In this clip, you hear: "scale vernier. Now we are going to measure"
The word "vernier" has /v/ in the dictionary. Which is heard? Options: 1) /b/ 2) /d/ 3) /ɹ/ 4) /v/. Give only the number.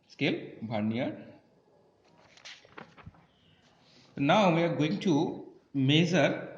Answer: 1